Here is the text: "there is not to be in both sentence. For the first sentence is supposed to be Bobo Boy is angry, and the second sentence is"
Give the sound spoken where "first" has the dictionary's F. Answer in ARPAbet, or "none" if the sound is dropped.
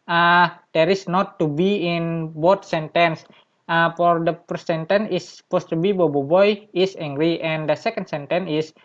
P